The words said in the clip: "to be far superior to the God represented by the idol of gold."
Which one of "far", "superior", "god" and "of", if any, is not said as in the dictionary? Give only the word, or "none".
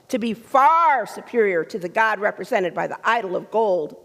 none